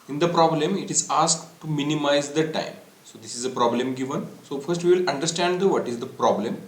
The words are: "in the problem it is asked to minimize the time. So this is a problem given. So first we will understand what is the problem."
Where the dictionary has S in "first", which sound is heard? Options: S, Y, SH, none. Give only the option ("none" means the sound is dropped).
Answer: S